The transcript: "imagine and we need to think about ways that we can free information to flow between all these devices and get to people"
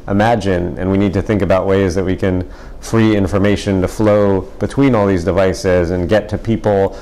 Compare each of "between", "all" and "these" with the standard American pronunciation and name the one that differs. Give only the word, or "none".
none